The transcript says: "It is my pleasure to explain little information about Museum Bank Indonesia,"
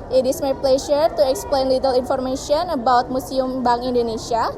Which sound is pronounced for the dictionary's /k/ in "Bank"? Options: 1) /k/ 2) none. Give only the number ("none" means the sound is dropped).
2